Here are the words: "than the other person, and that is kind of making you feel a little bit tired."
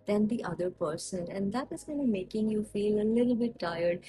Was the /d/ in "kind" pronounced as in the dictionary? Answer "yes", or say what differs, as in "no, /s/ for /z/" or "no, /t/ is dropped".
no, /d/ is dropped